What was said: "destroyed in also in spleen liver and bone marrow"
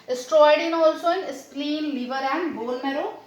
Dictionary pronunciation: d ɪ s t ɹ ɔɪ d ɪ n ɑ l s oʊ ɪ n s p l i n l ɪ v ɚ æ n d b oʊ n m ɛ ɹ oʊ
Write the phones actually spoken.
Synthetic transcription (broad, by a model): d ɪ s t ɹ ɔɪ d ɪ n ɑ l s oʊ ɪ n s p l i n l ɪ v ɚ æ n d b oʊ l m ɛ ɹ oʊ